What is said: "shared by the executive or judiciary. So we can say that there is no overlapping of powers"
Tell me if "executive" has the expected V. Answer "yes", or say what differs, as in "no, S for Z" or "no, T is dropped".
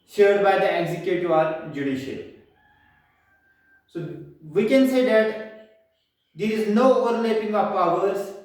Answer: no, V is dropped